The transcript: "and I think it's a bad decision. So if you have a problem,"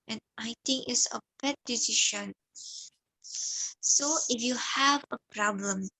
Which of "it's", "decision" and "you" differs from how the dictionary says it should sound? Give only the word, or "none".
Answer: decision